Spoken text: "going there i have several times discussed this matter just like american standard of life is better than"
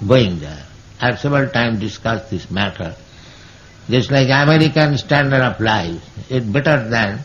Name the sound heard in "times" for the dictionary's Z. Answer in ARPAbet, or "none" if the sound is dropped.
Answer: none